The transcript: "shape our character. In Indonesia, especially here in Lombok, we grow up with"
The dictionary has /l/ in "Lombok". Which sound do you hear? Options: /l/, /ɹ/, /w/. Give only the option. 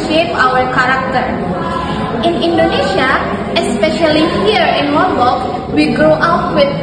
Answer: /w/